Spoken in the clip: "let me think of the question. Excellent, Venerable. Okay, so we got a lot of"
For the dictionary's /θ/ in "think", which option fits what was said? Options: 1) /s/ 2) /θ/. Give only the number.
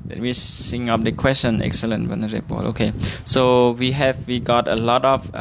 1